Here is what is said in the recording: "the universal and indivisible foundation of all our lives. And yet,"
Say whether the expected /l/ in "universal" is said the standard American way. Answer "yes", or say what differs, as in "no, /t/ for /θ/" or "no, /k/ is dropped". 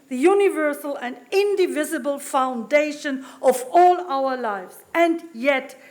yes